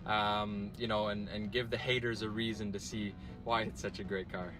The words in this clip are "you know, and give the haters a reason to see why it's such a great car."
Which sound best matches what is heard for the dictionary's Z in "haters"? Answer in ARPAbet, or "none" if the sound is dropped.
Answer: Z